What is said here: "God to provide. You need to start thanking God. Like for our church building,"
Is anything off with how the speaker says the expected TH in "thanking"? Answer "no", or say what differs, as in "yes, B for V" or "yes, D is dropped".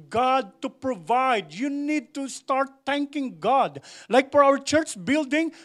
yes, T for TH